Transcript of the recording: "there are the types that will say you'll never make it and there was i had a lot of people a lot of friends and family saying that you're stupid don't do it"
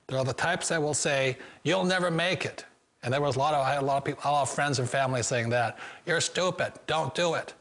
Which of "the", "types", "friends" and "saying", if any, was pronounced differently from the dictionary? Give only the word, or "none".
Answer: none